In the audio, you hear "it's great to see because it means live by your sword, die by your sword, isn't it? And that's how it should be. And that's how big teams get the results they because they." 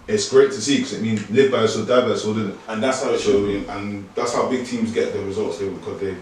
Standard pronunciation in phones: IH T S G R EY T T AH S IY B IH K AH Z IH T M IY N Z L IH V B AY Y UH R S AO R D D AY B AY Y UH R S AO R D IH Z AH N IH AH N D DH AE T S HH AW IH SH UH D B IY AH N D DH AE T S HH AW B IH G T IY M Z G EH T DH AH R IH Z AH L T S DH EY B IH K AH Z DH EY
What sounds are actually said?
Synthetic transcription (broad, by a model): IH T S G R EY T T AH S IY K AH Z IH T M IY N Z L IH V B AY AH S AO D D AY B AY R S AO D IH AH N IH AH N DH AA T S HH AW IH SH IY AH N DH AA T S HH AW B IH G T IY M Z G EH T DH AH R IH Z AH L T S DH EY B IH K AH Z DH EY